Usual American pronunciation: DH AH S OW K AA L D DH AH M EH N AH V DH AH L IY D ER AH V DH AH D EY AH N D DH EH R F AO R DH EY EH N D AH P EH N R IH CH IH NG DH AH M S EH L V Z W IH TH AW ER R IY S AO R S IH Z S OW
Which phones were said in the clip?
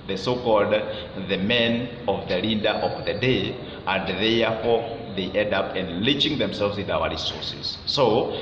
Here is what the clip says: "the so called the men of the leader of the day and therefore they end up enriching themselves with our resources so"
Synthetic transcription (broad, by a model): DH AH S OW K AA L D DH AH M EH N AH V DH AH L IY D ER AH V DH AH D EY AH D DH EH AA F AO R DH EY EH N D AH P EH N L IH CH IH NG DH AH M S EH L V Z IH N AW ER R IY S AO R S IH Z S OW